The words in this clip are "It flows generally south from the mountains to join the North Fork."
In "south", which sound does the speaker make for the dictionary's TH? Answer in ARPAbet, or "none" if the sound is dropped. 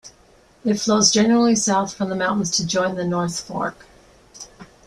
TH